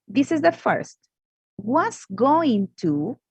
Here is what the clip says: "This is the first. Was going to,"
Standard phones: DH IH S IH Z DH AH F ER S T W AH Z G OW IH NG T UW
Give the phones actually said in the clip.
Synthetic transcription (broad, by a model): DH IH S IH Z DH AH F ER S T W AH S G OW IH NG T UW